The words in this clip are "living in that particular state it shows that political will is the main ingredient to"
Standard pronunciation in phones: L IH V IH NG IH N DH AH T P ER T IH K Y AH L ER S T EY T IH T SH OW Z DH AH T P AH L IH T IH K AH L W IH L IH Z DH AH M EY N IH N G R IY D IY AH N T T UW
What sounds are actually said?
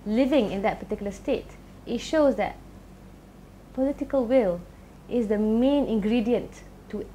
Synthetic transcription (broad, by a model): L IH V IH NG IH N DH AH T P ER T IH K Y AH L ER S T EY T IH T SH OW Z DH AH T P AH L IH T IH K AH L W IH L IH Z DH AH M EY N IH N G R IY D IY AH N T T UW